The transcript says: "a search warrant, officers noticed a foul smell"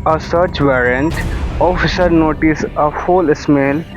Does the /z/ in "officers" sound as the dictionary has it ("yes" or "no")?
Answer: no